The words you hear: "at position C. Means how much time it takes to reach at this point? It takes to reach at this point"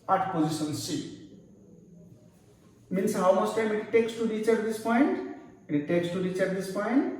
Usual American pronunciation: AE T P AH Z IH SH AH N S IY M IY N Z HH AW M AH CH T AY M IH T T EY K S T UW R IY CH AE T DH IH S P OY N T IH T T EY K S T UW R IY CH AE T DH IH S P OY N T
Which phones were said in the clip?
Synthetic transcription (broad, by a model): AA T P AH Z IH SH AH N S IY M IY N S HH AW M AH S T AY M IH T T EY K S T UW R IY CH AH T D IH S P OY N T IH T T EY K S T UW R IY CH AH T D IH S P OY N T